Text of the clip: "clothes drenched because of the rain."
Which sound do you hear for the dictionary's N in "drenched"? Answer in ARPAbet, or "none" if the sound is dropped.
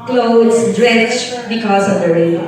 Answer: none